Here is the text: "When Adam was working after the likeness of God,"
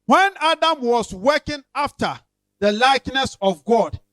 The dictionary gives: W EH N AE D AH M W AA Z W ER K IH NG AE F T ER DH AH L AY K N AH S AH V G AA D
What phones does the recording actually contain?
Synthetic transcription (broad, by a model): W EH N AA D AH M W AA S W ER K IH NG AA F T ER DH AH L AY K N AH S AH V G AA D